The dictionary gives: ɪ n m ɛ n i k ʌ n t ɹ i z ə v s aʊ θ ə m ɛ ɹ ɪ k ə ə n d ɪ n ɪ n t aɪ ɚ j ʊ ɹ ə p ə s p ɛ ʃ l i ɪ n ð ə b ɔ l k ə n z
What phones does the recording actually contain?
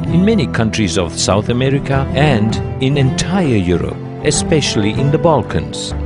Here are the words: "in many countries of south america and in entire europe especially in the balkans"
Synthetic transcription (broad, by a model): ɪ n m ɛ n i k ʌ n t ɹ i z ə v s aʊ θ ə m ɛ ɹ ɪ k ə ə n d ɪ n ɪ n t aɪ ɚ j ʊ ɹ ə p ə s p ɛ ʃ l i ɪ n ð ə b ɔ l k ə n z